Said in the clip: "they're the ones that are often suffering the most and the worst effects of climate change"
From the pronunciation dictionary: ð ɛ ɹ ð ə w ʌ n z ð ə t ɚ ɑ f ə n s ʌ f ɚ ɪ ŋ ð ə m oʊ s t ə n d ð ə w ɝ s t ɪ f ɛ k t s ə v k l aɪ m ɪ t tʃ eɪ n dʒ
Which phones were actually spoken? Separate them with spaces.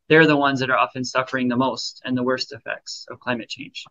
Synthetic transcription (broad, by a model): ð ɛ ɹ ð ə w ʌ n z ð ə t ɚ ɑ f ə n s ʌ f ɚ ɪ ŋ ð ə m oʊ s t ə n ð ə w ɝ s t ɪ f ɛ k t s ə v k l aɪ m ɪ t tʃ eɪ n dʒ